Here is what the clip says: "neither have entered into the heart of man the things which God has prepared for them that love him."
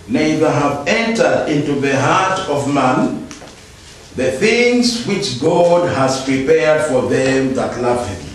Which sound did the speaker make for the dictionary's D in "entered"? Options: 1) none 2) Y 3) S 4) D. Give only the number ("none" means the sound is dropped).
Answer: 4